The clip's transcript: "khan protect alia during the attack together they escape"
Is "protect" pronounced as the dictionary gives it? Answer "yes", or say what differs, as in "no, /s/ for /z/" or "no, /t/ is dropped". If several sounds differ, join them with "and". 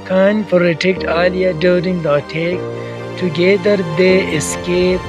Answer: no, /f/ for /p/